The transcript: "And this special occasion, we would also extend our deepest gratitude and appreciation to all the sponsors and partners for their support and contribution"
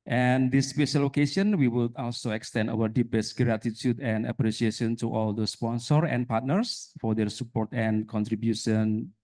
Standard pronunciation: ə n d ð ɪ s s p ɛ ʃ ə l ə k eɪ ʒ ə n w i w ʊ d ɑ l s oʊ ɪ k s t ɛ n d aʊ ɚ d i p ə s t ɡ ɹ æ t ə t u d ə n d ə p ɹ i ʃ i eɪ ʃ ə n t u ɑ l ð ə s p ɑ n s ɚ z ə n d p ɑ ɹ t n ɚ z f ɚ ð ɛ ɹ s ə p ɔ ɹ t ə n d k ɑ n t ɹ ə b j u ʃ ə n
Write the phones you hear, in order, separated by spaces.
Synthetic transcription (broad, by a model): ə n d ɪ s s p ɛ ʃ ə l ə k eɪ ʃ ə n w i w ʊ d ɑ l s oʊ ɪ k s t ɛ n d aʊ ɚ d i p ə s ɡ ɹ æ t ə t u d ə n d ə p ɹ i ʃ i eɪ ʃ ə n t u ɑ l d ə s p ɑ n s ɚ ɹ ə n p ɑ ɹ t n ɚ s f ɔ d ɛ ɹ s ə p ɔ ɹ t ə n k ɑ n t ɹ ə b j u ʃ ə n